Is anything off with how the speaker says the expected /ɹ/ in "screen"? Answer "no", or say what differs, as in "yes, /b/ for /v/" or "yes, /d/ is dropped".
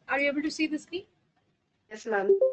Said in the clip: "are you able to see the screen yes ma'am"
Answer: yes, /ɹ/ is dropped